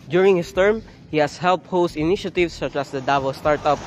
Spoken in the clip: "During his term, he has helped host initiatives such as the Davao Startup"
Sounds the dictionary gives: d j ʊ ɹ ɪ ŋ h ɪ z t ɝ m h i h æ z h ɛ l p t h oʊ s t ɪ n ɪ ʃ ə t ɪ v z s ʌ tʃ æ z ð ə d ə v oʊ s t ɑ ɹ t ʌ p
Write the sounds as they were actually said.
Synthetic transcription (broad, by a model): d j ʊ ɹ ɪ ŋ h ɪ s t ɝ m h i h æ s h ɛ l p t h oʊ s t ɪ n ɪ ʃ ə t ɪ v s ʌ tʃ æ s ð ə d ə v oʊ s t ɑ ɹ t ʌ p